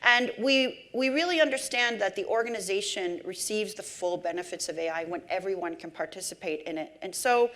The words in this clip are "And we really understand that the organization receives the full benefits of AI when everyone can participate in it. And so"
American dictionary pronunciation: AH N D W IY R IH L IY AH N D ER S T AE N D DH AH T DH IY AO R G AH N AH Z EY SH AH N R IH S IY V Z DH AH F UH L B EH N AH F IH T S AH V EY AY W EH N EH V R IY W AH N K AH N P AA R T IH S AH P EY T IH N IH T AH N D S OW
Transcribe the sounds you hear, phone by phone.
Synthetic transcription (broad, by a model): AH N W W IY R IH L IY AH N D ER S T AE N DH AH T DH IY AO R G AH N AH Z EY SH AH N R IH S IY V Z DH AH F UH L B EH N AH F IH T S AH V EY AY W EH N EH V R IY W AH N K AH N P AA R T IH S AH P EY T IH N IH T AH N S OW